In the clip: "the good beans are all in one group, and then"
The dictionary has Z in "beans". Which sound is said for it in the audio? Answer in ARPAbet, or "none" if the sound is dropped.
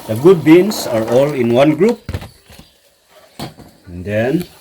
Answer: S